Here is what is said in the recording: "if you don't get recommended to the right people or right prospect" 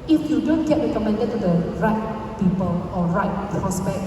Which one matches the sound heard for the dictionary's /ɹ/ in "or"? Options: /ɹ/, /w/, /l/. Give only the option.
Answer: /l/